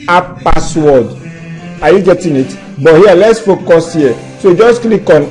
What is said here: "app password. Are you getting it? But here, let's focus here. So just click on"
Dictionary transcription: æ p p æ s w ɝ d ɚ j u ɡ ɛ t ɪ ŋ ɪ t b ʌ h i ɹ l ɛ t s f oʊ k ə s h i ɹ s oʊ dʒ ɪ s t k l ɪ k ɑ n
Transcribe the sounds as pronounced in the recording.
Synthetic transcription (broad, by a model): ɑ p p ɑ s w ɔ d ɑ j u ɡ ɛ t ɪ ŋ ɪ t b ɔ h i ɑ l ɛ t s f oʊ k ə s h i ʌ s oʊ dʒ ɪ s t k l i k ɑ n